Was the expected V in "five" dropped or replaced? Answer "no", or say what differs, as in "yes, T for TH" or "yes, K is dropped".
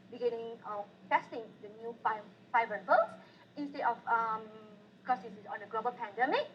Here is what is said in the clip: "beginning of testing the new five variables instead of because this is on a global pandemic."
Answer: yes, F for V